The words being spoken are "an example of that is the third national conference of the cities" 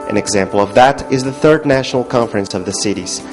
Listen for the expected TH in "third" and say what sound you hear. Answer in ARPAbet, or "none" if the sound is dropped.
TH